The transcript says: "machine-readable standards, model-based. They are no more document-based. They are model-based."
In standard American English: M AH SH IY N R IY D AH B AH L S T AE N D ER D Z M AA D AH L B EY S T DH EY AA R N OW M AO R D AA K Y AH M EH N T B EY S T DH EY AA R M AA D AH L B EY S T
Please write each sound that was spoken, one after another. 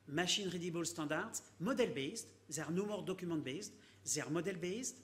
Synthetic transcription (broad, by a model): M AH SH IY N R IY D AH B AH L S T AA D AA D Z M AA D AH L B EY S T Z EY R N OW M AO R D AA K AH M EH T B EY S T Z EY R M AA D AH L B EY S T